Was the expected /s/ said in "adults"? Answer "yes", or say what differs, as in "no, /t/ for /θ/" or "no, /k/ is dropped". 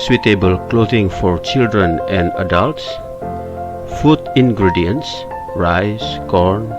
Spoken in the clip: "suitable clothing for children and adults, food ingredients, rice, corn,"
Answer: yes